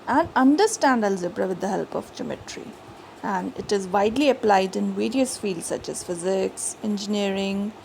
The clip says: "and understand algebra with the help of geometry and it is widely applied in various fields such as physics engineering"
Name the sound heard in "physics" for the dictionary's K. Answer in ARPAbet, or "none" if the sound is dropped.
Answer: K